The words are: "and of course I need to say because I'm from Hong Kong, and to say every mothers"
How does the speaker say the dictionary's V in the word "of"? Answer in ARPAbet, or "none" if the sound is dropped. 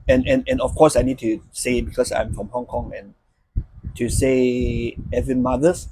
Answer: F